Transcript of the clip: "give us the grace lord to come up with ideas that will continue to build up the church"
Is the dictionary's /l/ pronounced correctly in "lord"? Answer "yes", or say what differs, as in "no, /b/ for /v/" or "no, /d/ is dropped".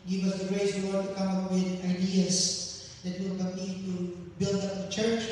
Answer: no, /w/ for /l/